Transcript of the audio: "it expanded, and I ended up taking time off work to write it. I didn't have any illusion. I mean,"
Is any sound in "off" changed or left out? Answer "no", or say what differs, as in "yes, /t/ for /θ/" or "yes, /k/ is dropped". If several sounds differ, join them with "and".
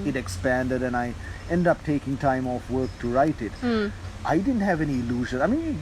no